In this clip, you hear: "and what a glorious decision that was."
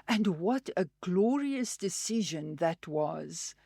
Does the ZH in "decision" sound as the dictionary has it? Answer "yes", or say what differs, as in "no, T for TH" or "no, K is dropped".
yes